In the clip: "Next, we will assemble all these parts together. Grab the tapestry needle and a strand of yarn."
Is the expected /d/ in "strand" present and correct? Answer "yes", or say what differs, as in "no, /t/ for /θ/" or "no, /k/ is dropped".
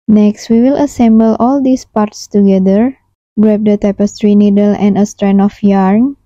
no, /d/ is dropped